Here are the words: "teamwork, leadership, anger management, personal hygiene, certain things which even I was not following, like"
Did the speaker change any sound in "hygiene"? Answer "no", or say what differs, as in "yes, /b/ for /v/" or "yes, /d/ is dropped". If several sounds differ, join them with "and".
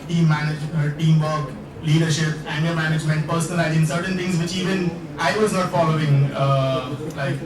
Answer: yes, /z/ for /dʒ/